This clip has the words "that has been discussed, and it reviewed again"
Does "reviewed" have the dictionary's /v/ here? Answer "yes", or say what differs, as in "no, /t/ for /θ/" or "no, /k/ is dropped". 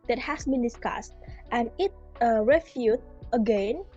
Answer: no, /f/ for /v/